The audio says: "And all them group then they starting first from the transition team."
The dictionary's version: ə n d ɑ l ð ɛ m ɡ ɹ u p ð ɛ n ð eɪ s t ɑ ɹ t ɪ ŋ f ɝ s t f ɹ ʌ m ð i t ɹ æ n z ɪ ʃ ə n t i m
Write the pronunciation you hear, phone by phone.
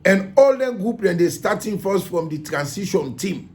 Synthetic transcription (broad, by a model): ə n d ɑ l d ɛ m ɡ ɹ u p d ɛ n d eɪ s t ɑ t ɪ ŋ f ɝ s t f ɹ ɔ m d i t ɹ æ n s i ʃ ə n t i m